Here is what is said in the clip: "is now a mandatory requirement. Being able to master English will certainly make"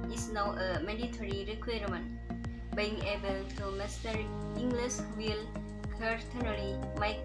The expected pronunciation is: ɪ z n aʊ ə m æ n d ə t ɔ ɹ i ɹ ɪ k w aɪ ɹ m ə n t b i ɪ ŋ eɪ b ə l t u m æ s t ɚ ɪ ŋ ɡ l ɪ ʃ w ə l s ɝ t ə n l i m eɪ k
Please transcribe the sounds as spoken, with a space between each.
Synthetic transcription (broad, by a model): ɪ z n aʊ ə m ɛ d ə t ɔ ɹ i ɹ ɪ k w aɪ ɹ m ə n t b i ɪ ŋ eɪ b ə l t u m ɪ s t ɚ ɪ ŋ ɡ l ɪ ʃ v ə l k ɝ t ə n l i m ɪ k